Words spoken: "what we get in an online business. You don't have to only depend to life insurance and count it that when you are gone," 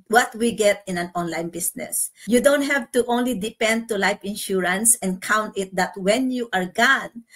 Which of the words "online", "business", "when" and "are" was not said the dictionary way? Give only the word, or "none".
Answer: business